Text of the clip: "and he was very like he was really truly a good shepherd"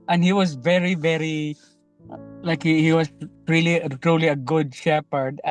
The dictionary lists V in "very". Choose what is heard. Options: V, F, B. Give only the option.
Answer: V